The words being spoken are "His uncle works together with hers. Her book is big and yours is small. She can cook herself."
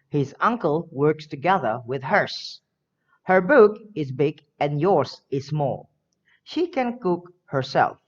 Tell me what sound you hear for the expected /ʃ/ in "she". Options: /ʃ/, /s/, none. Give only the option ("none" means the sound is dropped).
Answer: /ʃ/